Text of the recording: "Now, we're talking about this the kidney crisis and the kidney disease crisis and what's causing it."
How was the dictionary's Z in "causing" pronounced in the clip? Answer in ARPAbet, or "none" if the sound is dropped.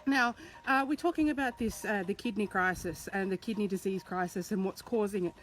Z